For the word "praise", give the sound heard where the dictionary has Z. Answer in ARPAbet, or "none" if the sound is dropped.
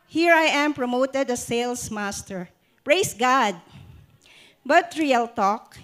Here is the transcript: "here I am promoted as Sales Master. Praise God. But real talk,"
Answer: S